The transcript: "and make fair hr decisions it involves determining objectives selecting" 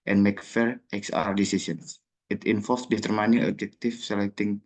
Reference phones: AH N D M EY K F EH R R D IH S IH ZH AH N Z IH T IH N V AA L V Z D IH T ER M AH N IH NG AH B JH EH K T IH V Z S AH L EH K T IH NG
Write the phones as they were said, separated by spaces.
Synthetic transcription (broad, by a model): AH N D M EY K F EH R R D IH S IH S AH N S IH T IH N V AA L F D IH T ER M AH N IH NG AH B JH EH K T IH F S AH L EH K T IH NG